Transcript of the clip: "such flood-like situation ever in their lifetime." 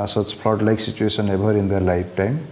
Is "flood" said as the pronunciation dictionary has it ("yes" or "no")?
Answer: no